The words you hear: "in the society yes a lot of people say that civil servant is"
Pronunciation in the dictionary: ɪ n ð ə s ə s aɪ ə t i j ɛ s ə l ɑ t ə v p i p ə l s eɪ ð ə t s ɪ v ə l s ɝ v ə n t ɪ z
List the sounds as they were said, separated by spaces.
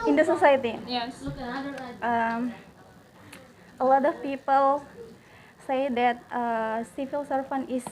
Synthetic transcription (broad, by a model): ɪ n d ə s ə s aɪ ə t i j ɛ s ə l ɑ t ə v p i p ə l s eɪ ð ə t s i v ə l s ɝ f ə n ɪ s